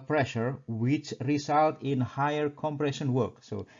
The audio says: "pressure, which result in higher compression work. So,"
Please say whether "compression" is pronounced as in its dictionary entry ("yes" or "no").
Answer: yes